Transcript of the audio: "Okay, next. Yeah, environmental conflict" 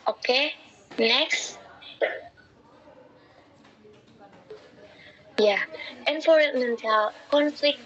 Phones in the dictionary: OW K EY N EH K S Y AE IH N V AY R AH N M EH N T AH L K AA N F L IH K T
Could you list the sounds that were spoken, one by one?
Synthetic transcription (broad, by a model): OW K EY N EH K S Y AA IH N F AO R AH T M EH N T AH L K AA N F L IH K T